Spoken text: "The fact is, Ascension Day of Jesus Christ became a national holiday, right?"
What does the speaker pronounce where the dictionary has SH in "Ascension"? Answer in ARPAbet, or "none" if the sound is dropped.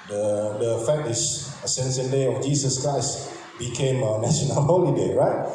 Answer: S